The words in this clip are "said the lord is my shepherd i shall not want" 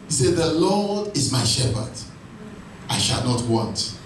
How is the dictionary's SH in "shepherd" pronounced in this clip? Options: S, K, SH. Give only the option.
SH